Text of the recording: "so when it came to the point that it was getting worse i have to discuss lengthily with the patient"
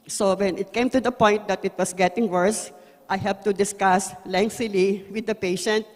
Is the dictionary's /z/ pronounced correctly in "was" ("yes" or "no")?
no